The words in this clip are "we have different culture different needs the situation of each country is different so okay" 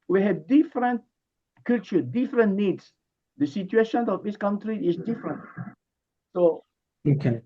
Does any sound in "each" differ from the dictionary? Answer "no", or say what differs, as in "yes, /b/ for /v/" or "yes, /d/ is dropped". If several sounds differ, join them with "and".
yes, /s/ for /tʃ/